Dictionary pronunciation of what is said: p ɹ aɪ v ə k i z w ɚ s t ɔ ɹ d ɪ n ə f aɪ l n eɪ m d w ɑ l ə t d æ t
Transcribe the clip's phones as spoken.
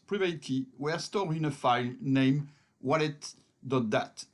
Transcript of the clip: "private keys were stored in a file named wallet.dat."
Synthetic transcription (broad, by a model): p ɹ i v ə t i w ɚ s t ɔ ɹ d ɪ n ə f aɪ l n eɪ m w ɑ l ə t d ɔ t